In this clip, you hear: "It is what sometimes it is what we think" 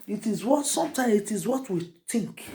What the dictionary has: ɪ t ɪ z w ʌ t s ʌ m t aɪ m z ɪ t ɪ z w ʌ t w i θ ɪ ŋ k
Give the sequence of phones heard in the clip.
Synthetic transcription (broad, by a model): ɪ t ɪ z w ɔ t s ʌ m t aɪ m ɪ t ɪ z w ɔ t w i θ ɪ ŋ k